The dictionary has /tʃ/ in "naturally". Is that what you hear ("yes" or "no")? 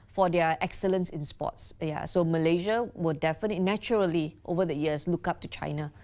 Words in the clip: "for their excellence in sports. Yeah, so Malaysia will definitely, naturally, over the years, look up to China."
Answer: no